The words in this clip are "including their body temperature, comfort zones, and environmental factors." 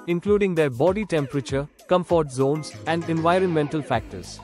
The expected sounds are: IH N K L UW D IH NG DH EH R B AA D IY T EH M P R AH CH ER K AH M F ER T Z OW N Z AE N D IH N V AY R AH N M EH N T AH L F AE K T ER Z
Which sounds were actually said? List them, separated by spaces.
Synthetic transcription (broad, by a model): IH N K L UW D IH NG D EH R B AA D IY T EH M P R AH CH ER K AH M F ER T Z OW N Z AE N D IH N V AY R AH N M EH N T AH L F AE K T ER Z